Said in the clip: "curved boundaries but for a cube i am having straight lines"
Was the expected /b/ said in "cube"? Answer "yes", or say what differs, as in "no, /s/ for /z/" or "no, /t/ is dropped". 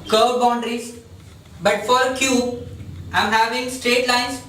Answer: no, /b/ is dropped